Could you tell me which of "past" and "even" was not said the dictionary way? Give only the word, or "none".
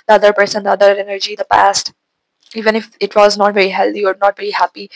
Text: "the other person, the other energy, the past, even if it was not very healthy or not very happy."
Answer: none